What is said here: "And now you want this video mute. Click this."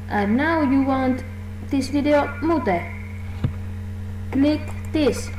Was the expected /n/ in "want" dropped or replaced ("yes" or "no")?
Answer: no